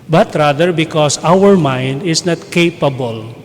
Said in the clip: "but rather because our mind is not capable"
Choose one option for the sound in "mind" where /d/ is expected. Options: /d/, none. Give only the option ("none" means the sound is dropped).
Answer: /d/